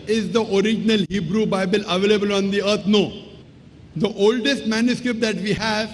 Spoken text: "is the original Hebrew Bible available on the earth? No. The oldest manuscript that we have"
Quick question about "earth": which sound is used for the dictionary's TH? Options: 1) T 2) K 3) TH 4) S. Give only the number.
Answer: 1